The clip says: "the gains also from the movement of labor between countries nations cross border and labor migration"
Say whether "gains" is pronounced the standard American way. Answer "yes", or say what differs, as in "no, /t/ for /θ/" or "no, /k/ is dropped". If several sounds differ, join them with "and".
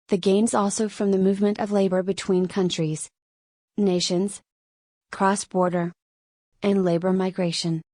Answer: yes